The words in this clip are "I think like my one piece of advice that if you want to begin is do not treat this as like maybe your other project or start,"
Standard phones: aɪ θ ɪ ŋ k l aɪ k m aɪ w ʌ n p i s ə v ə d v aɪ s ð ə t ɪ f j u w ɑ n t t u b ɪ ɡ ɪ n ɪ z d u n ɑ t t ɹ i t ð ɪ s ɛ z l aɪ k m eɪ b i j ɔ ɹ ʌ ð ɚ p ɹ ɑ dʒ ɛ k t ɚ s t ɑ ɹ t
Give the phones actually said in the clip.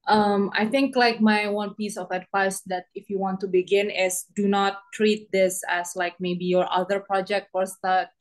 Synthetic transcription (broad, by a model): aɪ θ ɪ ŋ k l aɪ k m aɪ w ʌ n p i s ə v ə d v aɪ s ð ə t ɪ f j u w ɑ n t t u b ɪ ɡ ɪ n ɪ s d u n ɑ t t ɹ i t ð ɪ s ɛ s l aɪ k m eɪ b i j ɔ ɹ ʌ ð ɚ p ɹ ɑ dʒ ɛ k t ɚ s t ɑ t